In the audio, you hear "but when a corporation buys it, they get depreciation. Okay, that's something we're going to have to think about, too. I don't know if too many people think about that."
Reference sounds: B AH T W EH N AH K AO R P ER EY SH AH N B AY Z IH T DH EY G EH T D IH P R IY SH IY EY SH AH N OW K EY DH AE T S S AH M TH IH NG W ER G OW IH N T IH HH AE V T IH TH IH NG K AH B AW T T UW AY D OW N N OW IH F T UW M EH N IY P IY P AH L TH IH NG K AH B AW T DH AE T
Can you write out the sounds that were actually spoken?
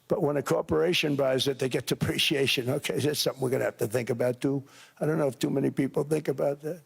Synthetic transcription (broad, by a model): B AH T W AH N AH K AO R P ER EY SH AH N B AY Z IH T DH EY G EH T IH P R IY SH IY EY SH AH N OW K EY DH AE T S S AH M TH IH NG W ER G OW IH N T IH HH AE F T IH TH IH NG K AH B AW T T UW AY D OW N N OW IH F T UW M EH N IY P IY P L TH IH NG K AH B AW T DH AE T